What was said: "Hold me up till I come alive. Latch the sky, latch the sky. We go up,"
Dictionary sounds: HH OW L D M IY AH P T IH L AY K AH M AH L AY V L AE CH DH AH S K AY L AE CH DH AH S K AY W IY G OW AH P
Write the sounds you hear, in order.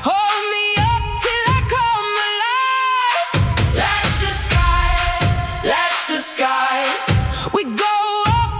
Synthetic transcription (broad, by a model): HH OW L D M IY AH P T IH L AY K AH M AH L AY L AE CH DH AH S K AY L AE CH DH AH S K AY W IY G OW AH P